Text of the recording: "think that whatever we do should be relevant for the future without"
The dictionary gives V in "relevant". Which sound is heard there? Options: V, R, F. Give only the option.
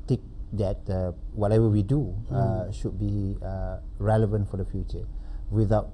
V